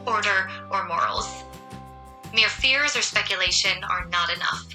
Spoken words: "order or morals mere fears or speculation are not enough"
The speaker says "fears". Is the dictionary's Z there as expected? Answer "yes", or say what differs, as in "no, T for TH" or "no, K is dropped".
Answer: yes